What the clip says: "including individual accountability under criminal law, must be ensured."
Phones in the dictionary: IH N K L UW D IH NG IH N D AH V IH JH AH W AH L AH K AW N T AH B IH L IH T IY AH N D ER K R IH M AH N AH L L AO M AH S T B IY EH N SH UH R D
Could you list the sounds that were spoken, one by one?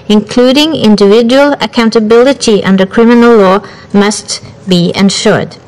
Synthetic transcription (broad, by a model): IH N K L UW D IH NG IH N D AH V IH JH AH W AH L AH K AW N T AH B IH L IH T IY AH N D ER K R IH M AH N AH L L AO M AH S T B IY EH N SH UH R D